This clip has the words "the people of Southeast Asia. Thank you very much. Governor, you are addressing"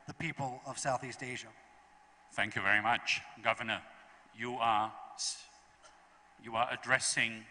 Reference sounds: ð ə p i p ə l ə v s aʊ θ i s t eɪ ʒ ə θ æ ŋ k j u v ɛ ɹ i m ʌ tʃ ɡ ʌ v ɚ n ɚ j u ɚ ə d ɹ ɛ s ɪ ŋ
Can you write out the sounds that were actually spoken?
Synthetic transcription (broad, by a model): ð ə p i p ə l ə v s aʊ θ i s t eɪ ʒ ə θ æ ŋ k j u v ɛ ɹ i m ʌ tʃ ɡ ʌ v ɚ n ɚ j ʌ ɚ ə d ɹ ɛ s ɪ ŋ